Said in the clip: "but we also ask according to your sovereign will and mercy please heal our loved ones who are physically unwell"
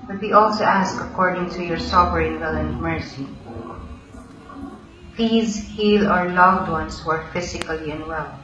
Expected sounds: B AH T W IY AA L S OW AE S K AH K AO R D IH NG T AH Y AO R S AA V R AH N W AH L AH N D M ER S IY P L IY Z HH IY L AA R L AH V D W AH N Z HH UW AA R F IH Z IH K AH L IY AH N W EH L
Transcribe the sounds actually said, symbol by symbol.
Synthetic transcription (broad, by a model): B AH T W IY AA L S OW AE S K AH K AO R D IH NG T AH Y AO R S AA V R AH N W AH L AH N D M ER S IY P L IY Z HH IY L AA R L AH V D W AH N S HH UW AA R F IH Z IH K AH L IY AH N W EH L